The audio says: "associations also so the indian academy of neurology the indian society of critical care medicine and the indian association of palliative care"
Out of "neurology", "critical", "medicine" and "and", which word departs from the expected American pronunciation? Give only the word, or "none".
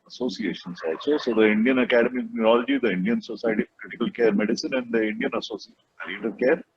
critical